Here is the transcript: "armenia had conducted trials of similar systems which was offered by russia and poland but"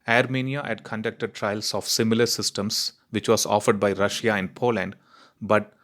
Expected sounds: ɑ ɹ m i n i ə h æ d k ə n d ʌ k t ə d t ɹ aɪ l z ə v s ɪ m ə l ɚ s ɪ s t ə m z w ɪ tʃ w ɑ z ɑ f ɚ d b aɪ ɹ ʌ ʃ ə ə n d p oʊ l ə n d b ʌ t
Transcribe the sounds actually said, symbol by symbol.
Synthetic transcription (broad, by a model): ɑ ɹ m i n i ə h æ d k ə n d ʌ k t ə d t ɹ aɪ l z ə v s ɪ m ə l ɚ s ɪ s t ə m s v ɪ tʃ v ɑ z ɑ f ɚ d b aɪ ɹ ʌ ʃ ə ə n d p oʊ l ə n d b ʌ t